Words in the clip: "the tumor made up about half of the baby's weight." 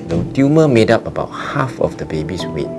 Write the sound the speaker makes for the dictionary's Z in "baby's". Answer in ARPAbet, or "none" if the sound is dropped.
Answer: S